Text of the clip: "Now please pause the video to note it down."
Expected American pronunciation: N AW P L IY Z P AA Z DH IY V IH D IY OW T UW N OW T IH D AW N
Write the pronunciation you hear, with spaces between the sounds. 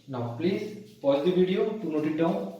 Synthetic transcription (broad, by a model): N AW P L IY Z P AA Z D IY B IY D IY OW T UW N OW T IH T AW